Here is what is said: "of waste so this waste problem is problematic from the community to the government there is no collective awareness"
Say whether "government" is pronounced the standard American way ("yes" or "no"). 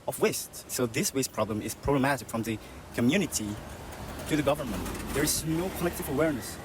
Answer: yes